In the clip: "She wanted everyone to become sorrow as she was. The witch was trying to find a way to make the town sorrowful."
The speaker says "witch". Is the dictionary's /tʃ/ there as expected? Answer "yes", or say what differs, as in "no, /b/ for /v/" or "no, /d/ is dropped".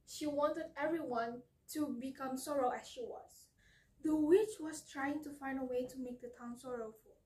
yes